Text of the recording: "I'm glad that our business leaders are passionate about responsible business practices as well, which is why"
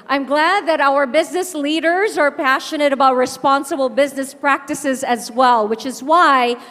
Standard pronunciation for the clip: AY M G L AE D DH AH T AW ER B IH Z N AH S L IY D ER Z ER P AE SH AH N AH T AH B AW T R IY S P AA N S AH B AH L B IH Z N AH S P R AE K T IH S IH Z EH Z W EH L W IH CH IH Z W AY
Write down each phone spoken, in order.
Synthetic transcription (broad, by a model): AY M G L AE D DH AH T AW ER B IH Z N AH S L IY D ER Z ER P AE SH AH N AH T AH B AW T R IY S P AA N S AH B L B IH Z N AH S P R AE K T IH S IH Z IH Z W EH L W IH CH IH Z W AY